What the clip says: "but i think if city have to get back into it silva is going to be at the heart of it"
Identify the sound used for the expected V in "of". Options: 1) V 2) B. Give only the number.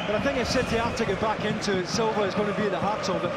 2